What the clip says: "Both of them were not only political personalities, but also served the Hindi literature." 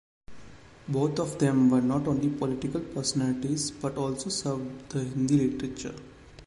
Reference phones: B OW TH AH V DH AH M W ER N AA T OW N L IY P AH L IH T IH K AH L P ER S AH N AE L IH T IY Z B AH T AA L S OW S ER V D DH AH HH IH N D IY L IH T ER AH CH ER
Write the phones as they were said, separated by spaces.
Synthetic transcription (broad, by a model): B OW T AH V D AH M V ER N AA T OW N L IY P AH L IH T IH K AH L P ER S AH N AE L IH T IY Z B AH T AA L S OW S ER V D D AH HH IH N D IY L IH T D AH CH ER